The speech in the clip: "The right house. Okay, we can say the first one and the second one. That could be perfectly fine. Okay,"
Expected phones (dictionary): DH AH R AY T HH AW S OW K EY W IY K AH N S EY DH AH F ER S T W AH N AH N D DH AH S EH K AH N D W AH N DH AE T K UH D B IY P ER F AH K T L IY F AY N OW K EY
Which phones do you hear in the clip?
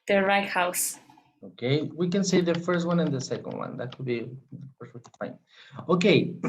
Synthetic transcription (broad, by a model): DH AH R AY T HH AW S OW K EY W IY K AH N S EY DH AH F ER S T W AH N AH N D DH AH S EH K AH N D W AH N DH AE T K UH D B IY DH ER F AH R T W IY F AY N OW K EY